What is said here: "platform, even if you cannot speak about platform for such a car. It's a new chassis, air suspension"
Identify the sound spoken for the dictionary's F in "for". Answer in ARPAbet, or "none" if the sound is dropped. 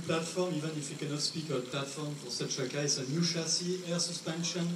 P